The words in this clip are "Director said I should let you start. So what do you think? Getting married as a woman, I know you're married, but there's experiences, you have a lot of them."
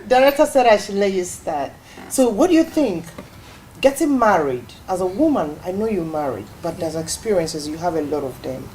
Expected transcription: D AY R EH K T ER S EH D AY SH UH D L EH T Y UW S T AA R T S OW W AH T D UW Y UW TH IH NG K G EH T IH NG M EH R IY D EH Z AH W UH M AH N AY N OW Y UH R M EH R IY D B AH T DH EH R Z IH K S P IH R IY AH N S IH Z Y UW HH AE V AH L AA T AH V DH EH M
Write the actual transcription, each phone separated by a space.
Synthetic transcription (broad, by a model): D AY R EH K T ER S EH D AY SH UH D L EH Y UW S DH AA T S OW W AH T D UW Y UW TH IH NG K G EH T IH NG M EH R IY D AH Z AH W UH M AH N AY N OW Y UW M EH R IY D B AH T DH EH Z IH K S P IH R IY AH N S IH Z Y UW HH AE V AH L AA T AH V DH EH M